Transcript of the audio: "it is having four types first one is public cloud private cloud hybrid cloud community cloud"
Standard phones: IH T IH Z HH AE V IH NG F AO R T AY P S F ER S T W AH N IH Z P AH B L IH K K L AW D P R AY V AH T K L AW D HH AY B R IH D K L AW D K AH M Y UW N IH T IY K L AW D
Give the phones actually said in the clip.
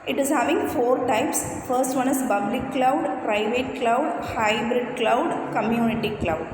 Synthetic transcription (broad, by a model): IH T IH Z HH AE V IH NG F AO R T AY P S F ER S T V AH N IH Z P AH B L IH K K L AW D P R AY V AH T K L AW D HH AY B R IH D K L AW D K AH M Y UW N IH T IY K L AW D